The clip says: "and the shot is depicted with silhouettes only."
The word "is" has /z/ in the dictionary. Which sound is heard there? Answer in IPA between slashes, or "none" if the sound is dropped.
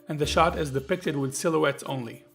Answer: /z/